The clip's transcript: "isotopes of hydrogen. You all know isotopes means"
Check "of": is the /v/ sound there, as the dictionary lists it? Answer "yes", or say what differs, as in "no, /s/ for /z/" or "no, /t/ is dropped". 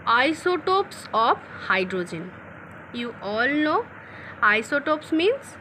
no, /p/ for /v/